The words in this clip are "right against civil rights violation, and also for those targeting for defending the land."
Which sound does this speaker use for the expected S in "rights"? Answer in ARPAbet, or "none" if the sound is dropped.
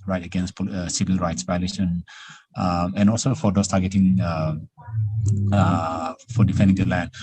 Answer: S